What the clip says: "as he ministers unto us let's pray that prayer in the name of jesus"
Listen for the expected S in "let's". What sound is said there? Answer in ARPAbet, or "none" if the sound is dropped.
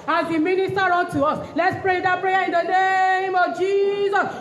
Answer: S